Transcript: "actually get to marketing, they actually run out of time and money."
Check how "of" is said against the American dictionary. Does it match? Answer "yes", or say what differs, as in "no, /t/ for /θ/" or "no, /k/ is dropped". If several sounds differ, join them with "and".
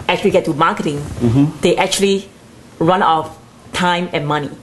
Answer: no, /f/ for /v/